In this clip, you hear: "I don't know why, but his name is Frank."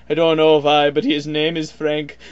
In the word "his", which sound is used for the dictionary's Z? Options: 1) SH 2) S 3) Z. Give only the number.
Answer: 3